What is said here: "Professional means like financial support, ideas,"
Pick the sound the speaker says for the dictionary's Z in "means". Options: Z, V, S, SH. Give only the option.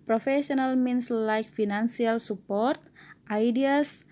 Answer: S